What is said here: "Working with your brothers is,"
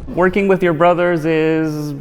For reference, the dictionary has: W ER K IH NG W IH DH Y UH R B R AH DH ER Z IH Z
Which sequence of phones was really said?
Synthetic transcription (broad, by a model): W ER K IH NG W IH DH Y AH R B R AH DH ER Z IH Z